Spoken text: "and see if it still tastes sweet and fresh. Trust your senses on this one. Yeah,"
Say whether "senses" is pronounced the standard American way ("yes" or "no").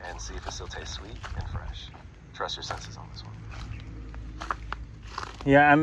yes